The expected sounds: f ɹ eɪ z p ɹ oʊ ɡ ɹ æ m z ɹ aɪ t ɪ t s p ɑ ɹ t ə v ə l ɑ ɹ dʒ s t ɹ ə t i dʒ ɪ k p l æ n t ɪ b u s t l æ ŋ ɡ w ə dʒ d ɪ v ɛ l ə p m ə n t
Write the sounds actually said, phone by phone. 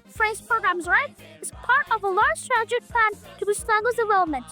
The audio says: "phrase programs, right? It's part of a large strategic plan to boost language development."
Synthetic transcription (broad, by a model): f ɹ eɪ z p ɹ oʊ ɡ ɹ æ m z ɹ aɪ t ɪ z p ɑ ɹ t ə v ə l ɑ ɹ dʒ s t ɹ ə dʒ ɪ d p l æ n t ɪ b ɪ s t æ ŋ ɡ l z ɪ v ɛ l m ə n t